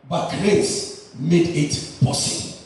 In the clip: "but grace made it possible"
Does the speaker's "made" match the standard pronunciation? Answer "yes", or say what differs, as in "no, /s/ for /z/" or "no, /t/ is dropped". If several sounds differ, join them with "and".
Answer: yes